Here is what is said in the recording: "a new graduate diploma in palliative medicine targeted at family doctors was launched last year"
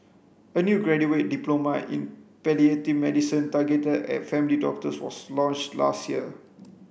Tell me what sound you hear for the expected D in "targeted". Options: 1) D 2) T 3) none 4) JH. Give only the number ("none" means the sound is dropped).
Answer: 3